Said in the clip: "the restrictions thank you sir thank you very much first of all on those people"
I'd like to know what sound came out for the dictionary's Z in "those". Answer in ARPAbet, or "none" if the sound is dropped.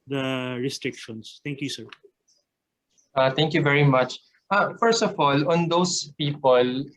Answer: S